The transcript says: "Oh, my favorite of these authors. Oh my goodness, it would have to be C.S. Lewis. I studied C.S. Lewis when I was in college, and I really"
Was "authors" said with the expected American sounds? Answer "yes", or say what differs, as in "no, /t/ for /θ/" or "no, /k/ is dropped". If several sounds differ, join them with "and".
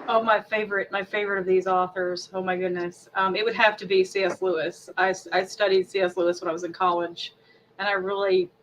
yes